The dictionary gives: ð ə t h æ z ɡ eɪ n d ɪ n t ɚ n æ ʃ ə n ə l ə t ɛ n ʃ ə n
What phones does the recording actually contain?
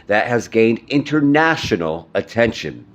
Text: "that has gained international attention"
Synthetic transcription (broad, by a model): ð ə t h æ z ɡ eɪ n d ɪ n t ɚ n æ ʃ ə n l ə t ɛ n ʃ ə n